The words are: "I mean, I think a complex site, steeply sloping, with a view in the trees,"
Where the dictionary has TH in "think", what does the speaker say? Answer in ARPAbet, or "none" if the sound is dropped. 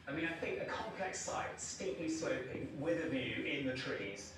TH